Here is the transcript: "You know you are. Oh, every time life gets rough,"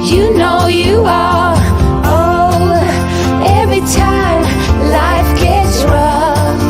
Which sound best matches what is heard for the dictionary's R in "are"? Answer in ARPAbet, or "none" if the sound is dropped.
L